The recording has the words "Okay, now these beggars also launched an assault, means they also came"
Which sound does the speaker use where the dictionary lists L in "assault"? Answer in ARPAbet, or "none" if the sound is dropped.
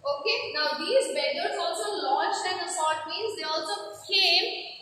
none